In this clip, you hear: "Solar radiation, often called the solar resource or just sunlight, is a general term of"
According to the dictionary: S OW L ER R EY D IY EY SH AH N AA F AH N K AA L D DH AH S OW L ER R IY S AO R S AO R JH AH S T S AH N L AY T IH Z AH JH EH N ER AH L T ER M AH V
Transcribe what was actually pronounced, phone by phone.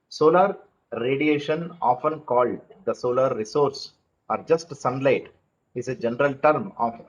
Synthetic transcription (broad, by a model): S OW L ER R EY D IY EY SH AH N AA F AH N K AA L D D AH S OW L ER R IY S AO R S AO R JH AH S T S AH N L AY T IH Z AH JH EH N ER AH L T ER M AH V